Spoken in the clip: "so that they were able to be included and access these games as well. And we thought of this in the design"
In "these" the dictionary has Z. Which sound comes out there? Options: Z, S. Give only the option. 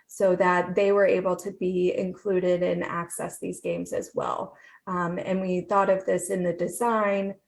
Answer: Z